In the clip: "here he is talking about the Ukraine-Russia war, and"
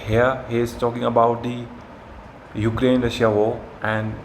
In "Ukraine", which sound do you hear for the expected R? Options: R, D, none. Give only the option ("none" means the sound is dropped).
R